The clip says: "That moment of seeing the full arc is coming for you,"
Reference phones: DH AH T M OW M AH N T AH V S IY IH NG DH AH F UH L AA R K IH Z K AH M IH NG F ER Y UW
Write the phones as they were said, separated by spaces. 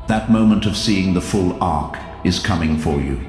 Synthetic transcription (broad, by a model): DH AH T M OW M AH N T AH V S IY IH NG DH AH F UH L AA R K IH Z K AH M IH NG F ER Y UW